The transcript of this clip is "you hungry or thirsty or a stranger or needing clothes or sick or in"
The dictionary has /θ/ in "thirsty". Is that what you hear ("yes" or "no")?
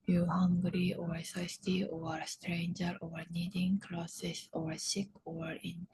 no